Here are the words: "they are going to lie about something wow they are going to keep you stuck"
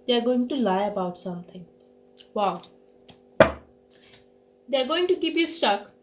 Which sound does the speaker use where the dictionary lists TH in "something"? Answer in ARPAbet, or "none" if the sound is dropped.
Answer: T